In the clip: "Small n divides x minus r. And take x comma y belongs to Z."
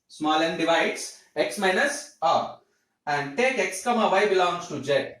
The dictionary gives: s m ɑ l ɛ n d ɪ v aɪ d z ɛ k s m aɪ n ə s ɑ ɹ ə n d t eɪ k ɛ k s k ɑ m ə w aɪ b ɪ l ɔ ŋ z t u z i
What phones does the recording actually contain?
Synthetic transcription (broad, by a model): s m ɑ l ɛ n d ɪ v aɪ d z ɛ k s m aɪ n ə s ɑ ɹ ə n d t eɪ k ɛ k s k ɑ m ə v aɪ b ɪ l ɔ ŋ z t u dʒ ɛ